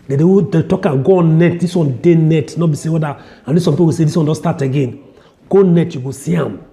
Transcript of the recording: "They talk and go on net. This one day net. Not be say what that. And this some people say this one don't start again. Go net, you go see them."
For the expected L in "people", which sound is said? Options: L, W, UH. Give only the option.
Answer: W